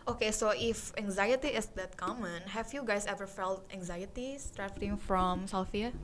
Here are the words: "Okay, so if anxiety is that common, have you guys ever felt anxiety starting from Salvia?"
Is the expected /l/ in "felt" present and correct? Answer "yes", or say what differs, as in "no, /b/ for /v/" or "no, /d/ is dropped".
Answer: yes